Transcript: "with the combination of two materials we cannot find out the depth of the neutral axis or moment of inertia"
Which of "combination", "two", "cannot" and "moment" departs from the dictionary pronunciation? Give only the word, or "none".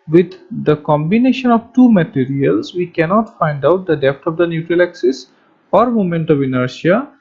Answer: none